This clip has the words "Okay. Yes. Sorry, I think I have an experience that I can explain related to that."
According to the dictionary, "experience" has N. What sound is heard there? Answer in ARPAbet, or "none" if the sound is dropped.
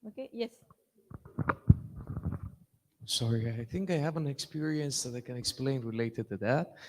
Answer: N